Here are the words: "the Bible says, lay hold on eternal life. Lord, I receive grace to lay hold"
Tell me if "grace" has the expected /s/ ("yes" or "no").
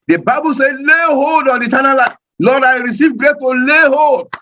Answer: no